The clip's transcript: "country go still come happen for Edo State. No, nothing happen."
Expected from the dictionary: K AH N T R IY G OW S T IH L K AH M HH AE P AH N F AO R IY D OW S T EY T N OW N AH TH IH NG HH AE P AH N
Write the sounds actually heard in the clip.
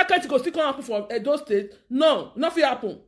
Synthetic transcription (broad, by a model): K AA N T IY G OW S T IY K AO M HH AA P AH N F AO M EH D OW S T EY T N OW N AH F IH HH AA P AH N